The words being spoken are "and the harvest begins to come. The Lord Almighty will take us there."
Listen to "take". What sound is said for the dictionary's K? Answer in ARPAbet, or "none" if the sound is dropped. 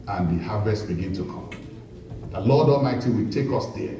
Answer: K